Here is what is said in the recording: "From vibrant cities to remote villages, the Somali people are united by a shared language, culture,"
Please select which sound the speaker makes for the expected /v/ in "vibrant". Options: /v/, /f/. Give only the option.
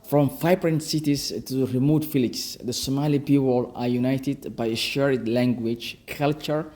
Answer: /f/